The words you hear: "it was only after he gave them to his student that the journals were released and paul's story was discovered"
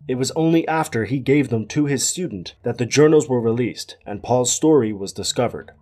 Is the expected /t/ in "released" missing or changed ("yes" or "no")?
no